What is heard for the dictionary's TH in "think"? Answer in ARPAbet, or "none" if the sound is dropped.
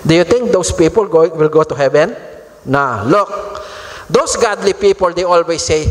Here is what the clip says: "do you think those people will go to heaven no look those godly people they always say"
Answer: T